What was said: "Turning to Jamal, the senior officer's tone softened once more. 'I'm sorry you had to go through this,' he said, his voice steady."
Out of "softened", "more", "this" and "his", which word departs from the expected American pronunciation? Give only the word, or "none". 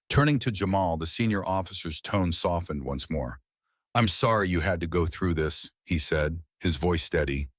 none